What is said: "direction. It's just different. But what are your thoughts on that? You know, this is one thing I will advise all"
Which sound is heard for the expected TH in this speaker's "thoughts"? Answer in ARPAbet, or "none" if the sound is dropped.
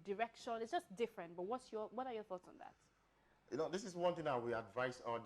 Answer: TH